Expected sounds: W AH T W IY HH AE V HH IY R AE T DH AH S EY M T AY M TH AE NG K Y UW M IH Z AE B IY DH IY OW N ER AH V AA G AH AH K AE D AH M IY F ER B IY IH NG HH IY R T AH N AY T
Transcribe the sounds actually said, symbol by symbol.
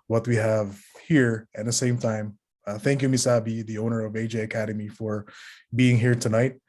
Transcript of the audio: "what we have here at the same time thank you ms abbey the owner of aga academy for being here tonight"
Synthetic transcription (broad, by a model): W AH T W IY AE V HH IY R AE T DH AH S EY M T AY M TH AE NG K Y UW M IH S AE B IY DH IY OW N ER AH V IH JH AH AH K AE D AH M IY F ER B IY IH NG HH IY R T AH N AY T